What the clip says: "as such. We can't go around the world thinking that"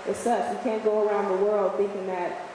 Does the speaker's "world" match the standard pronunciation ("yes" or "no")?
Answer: yes